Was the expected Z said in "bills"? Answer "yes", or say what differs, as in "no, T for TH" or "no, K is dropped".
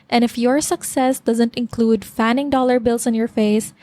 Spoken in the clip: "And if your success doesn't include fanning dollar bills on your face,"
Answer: no, S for Z